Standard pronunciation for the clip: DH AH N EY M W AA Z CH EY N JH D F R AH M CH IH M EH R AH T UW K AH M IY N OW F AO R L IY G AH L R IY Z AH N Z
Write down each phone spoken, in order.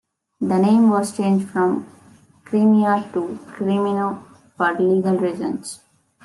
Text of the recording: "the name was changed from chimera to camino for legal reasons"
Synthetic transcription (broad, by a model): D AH N EY M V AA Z CH EY N JH D F R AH M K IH M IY AH T UW K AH M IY N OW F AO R L IY G AH L R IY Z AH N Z